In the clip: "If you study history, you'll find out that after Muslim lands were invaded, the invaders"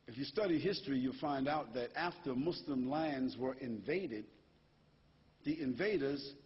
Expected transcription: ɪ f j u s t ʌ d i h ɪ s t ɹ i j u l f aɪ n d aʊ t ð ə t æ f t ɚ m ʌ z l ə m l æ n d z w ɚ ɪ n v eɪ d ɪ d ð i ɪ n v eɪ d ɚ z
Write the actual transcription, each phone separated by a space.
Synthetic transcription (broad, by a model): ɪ f j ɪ s t ʌ d i h ɪ s t ɹ i j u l f aɪ n d aʊ t ð ə t æ f t ɚ m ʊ s l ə m l æ n d z w ɚ ɪ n v eɪ d ɪ d ð i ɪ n v eɪ d ɚ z